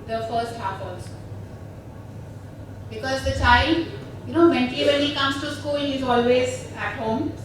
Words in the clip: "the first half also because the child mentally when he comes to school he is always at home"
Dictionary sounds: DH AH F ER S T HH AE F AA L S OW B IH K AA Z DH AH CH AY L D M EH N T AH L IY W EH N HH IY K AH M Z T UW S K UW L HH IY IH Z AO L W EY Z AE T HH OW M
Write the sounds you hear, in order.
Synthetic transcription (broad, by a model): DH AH F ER S T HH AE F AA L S B IH K AA Z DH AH CH AY L D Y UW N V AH N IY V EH N HH IY K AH M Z T UW S K UW L HH IY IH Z AO L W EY Z AE T HH OW M